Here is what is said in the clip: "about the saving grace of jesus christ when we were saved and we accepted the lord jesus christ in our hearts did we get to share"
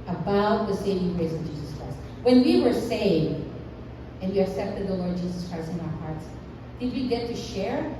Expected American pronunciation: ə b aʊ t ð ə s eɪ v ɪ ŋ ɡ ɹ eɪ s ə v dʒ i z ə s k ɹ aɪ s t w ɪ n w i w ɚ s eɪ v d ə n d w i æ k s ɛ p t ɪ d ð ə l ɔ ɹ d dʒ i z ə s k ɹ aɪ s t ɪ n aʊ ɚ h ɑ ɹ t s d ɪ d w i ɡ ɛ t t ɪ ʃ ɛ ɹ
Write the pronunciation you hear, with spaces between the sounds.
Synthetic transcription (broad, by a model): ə b aʊ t ð ə s eɪ v ɪ ŋ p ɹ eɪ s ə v dʒ i z ə s k ɹ aɪ s t w ɪ n w i w ɚ s eɪ v d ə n w i æ k s ɛ p t ɪ d ð ə l ɔ ɹ d dʒ i z ə s k ɹ aɪ s t ɪ n aʊ ɚ h ɑ ɹ t s d ɪ d w i ɡ ɛ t t ɪ ʃ ɛ ɹ